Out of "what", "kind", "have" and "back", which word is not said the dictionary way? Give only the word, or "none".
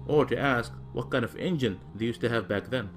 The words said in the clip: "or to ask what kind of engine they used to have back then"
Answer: none